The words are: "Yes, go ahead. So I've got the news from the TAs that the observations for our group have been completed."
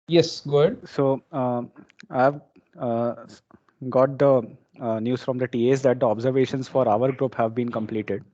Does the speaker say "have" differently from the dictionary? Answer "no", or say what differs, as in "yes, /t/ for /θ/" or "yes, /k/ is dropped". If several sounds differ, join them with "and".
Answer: no